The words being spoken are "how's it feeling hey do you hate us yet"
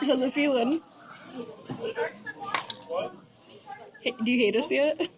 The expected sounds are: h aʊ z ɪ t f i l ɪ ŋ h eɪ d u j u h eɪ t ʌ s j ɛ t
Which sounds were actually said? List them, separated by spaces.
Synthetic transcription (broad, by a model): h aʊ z ɪ t f i l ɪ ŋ h eɪ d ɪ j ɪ h eɪ t ʌ s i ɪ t